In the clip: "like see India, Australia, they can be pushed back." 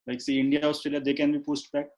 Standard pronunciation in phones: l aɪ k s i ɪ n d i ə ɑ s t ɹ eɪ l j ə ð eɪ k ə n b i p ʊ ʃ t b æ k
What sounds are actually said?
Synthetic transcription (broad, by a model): l aɪ k s i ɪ n d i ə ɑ s t ɹ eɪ l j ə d eɪ k ə n b i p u s t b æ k